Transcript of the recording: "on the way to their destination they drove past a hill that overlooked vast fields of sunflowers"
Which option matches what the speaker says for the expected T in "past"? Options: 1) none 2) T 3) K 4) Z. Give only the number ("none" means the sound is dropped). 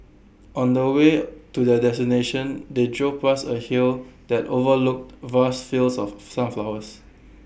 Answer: 1